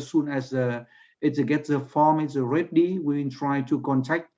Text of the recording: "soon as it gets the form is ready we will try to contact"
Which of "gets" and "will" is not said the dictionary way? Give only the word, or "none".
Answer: will